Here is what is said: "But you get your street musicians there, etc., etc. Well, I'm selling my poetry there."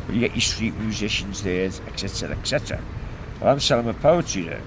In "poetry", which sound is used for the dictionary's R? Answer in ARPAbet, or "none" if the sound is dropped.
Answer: none